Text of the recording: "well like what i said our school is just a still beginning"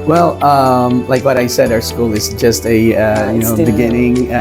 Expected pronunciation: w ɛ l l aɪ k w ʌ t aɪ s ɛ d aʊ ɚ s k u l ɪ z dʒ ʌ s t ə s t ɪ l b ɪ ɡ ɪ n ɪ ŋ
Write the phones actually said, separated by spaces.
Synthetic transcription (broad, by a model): w ɛ l l aɪ k w ʌ t aɪ s ɛ d aʊ ɚ s k u l ɪ z dʒ ʌ s t ə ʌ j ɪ n b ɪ ɡ ɪ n ɪ ŋ